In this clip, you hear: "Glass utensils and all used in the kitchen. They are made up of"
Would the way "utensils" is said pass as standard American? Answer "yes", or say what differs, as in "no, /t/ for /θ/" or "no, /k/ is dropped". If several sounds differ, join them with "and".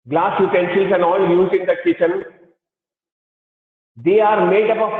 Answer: no, /ʃ/ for /s/